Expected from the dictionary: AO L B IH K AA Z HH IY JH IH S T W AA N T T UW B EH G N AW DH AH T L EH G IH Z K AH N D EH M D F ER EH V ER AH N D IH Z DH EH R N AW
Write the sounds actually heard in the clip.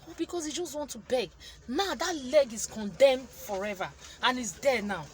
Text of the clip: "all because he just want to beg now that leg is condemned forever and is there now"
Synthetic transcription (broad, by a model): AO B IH K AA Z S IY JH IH S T W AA N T T UW B EH G N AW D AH T L EH G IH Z K AH N D EH M D F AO EH V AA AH N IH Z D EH N AW